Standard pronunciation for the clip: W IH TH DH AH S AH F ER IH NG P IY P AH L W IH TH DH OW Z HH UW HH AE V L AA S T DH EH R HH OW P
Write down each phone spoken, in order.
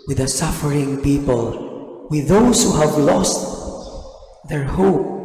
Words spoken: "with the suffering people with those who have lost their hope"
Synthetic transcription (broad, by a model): W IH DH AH S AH F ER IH NG P IY P AH L W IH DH OW S HH UW HH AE V L AA S T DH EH R HH OW P